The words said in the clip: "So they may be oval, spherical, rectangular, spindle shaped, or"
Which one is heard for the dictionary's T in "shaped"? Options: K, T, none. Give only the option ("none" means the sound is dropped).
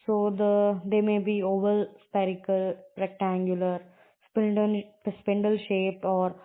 T